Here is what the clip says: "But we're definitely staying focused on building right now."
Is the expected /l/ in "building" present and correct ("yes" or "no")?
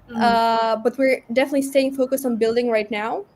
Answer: yes